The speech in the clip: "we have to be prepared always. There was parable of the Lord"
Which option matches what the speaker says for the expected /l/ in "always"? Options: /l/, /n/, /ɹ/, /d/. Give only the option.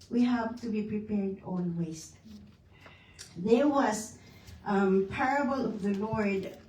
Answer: /n/